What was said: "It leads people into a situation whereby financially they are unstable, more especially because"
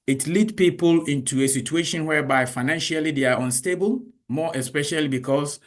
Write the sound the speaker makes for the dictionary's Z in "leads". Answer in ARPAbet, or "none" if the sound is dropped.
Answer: none